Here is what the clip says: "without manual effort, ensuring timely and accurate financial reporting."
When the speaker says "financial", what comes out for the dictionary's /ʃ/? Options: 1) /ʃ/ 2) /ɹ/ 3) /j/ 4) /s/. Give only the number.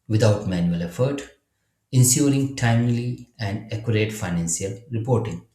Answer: 4